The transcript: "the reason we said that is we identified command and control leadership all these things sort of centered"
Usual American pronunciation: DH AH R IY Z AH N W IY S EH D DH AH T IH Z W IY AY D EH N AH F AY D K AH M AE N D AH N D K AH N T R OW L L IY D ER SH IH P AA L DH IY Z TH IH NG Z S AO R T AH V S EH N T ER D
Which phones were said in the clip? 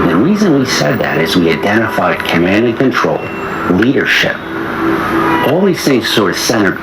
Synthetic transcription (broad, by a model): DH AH R IY Z AH N W IY S EH D DH AH T IH Z W IY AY D EH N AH F AY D K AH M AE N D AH K AH N T R OW L L IY D ER SH IH P AA L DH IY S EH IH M S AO R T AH S EH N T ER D